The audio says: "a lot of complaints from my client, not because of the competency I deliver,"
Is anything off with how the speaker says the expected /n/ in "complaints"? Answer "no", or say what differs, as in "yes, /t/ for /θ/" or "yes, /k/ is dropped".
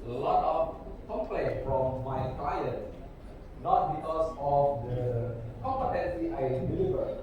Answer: yes, /n/ is dropped